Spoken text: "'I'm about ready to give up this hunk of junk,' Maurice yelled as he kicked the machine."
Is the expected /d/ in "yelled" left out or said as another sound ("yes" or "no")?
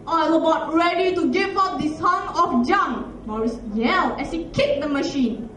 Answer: yes